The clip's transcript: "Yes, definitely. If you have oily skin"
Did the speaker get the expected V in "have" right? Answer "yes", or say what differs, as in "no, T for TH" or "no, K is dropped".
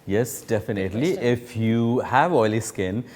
yes